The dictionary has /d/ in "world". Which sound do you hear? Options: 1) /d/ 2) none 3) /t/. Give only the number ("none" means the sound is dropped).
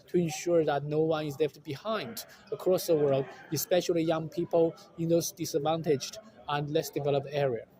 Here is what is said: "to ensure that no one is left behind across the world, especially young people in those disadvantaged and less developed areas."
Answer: 1